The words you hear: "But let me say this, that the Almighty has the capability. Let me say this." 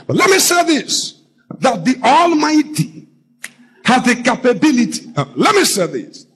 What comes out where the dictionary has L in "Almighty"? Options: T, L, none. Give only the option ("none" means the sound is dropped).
L